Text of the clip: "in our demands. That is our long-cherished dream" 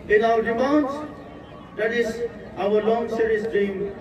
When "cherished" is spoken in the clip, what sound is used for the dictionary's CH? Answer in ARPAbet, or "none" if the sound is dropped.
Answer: S